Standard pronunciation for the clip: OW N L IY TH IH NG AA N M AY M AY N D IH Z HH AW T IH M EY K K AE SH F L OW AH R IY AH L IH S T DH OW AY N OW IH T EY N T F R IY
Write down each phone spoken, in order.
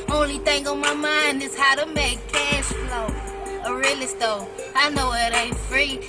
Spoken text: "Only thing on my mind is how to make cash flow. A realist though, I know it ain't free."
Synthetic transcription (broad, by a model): OW N L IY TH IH NG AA M AY M AY N D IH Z HH AW T IH M EY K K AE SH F L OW AH R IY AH L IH S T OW AY N OW IH T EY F R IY